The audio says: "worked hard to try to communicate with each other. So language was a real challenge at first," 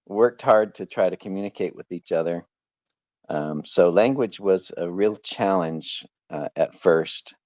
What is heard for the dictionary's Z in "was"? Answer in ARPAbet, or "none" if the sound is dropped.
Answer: Z